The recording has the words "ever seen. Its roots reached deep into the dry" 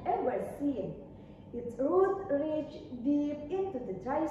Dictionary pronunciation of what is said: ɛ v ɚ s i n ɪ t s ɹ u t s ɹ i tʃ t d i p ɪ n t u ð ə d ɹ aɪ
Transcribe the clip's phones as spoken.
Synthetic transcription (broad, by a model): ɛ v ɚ s i n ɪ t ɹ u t ɹ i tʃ d i p ɪ n t u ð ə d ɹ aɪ